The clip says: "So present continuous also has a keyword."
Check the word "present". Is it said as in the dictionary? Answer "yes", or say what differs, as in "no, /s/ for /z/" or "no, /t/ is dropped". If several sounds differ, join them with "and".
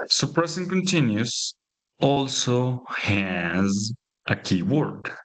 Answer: no, /s/ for /z/